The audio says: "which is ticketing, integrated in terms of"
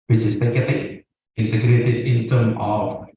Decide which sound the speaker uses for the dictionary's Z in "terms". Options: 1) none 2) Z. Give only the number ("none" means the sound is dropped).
1